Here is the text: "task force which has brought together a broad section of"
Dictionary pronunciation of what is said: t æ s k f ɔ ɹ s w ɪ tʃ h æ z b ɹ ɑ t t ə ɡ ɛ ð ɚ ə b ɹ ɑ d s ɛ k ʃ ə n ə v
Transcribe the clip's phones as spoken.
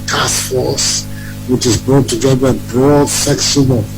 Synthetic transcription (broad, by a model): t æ s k f ɔ ɹ s w ɪ tʃ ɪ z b ɹ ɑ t t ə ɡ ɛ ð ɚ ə b ɹ ɑ d s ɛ k s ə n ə